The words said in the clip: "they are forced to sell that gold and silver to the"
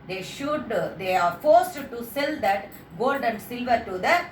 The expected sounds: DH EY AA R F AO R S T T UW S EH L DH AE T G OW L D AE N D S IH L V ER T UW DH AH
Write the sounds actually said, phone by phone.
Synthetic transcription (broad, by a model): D EY AA R F AO R S T T UW S EH L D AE T G OW L D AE N D S IH L V ER T UW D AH